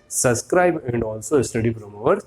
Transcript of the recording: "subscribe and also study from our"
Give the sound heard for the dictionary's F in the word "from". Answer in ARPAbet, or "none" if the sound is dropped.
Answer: P